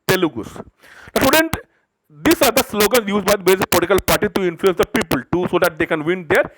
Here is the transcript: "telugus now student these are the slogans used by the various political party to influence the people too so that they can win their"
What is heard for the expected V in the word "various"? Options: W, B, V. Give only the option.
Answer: B